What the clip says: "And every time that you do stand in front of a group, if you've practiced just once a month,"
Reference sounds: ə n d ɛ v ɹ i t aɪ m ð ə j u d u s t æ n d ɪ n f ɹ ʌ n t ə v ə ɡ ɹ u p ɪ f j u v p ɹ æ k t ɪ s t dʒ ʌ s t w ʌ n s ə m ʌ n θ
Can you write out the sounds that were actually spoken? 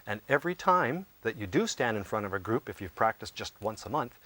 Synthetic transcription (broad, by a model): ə n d ɛ v ɹ i t aɪ m ð ə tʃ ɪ d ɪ s t æ n d ɪ n f ɹ ʌ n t ə v ə ɡ ɹ u p ɪ f j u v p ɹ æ k t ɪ s dʒ ʌ s t w ʌ n s ə m ʌ n θ